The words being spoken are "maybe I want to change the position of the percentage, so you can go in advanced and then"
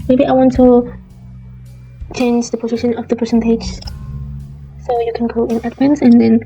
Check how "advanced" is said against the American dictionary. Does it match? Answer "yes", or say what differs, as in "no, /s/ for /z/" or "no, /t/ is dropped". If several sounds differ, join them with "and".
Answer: no, /t/ is dropped